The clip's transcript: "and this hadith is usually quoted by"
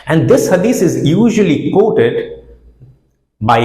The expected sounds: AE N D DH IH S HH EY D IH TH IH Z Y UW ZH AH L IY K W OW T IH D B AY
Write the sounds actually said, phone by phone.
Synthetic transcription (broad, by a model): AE N D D IH S HH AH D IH S IH Z Y UW ZH AH L IY K W OW T IH D B AY